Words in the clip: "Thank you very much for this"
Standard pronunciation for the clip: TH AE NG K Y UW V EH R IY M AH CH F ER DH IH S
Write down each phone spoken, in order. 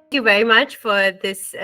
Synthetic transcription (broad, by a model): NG K Y UW V EH R IY M AH CH F ER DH IH S